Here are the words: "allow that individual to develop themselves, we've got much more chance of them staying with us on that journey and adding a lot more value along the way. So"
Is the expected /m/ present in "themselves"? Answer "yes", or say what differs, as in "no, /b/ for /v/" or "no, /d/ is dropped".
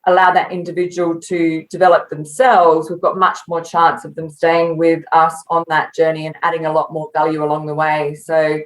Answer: yes